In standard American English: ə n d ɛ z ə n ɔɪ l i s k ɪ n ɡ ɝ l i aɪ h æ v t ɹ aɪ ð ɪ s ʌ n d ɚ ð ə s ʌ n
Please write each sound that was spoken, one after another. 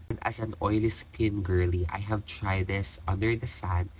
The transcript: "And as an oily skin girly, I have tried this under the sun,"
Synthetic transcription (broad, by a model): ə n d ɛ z ə n ɔɪ l i s k ɪ n ɡ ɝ l i aɪ h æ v t ɹ aɪ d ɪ s ʌ n d ɚ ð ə s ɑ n